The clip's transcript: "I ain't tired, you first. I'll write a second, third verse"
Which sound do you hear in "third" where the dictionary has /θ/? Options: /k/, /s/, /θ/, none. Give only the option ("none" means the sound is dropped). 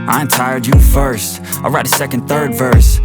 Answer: /θ/